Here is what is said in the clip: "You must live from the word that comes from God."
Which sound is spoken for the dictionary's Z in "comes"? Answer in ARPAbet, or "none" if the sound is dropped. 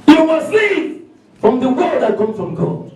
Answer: none